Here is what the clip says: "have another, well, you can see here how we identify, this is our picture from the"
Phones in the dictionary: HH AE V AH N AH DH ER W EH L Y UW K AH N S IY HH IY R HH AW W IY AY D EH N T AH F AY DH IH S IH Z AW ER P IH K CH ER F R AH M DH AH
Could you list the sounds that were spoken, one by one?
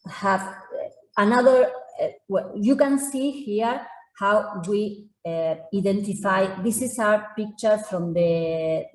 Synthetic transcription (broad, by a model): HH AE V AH N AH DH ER W EH L Y UW K AH N S IY HH IY R HH AW W IY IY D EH N T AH F AY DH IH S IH S AW ER P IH K CH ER F R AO M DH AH